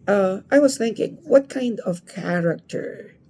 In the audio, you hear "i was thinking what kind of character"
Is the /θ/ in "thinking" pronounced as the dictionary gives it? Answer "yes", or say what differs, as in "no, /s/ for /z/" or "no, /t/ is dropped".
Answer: yes